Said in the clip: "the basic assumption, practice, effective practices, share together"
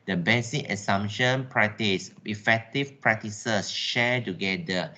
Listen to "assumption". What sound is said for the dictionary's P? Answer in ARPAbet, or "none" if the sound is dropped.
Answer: none